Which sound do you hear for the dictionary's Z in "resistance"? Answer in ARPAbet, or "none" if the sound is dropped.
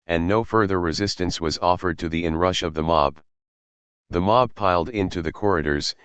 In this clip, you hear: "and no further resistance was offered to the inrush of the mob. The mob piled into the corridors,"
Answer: Z